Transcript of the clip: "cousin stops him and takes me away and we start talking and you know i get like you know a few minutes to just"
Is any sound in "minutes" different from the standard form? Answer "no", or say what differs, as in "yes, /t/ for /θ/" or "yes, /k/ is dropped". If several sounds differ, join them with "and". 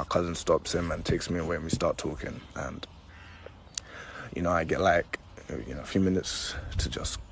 no